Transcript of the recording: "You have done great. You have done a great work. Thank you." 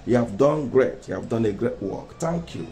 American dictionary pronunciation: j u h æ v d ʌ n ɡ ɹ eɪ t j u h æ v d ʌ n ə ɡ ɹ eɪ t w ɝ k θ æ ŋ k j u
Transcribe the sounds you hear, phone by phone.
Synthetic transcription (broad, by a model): j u h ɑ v d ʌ n ɡ ɹ eɪ t j u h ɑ v d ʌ n ə ɡ ɹ eɪ t w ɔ k t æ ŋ k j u